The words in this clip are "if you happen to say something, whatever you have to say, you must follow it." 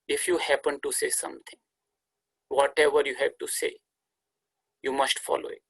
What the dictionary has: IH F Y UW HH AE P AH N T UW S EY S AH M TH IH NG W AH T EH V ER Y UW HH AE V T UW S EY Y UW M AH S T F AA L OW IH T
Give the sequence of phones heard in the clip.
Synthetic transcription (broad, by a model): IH F Y UW HH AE P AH N T UW S EY S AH M T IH NG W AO T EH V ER Y UW HH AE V T UW S EY Y UW M AH S T F AA L OW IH T